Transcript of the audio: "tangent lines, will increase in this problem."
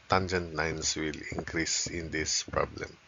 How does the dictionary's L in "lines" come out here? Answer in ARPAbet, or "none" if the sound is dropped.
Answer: N